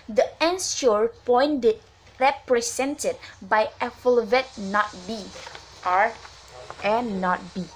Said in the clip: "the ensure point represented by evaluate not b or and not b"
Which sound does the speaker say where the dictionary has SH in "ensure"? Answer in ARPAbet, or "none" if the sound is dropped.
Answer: S